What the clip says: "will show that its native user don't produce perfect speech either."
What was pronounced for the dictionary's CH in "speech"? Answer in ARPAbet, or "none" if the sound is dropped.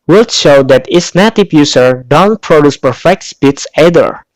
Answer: S